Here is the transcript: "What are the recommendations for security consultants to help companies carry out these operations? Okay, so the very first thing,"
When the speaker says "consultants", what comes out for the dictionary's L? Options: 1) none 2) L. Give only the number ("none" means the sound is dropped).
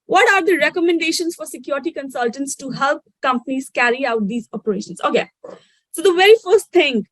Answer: 2